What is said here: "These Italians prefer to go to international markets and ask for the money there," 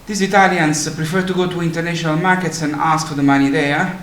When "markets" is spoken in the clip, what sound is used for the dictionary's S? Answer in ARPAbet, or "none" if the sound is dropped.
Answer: S